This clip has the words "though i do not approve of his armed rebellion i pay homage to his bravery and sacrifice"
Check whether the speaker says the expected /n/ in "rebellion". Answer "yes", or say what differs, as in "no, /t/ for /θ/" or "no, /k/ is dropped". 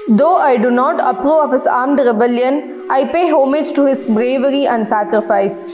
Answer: yes